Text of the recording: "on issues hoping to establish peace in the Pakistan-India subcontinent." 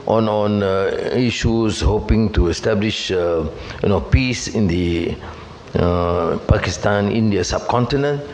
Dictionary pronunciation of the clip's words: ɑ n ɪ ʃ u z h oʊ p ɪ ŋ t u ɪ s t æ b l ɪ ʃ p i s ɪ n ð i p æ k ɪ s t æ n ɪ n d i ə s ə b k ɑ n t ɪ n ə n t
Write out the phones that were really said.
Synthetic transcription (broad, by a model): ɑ n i ʃ u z h oʊ p ɪ ŋ t u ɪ s t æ b l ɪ ʃ p i s ɪ n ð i p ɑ k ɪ s t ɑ n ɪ n d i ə s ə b k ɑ n t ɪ n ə n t